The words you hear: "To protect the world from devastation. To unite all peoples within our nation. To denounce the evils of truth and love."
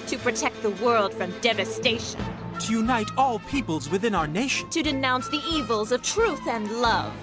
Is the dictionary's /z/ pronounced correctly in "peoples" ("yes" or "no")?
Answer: yes